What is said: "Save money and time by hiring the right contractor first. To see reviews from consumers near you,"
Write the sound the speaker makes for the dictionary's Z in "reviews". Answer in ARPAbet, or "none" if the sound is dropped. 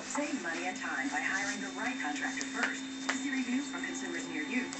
none